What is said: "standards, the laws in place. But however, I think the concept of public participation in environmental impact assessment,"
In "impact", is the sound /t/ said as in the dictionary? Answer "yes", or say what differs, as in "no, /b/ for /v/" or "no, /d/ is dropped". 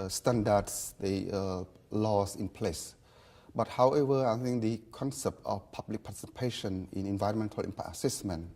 no, /t/ is dropped